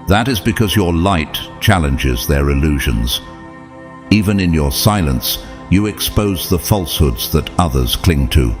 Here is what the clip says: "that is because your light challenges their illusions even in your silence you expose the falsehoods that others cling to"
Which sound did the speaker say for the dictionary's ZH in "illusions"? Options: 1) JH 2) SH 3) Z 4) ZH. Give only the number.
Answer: 4